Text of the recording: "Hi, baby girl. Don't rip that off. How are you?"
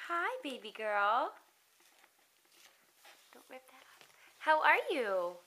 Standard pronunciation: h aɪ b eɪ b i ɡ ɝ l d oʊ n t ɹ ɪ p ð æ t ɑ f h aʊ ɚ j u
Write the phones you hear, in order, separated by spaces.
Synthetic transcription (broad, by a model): h aɪ b eɪ b i ɡ ɝ l d oʊ n t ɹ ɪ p ð æ t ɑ p h aʊ ɚ j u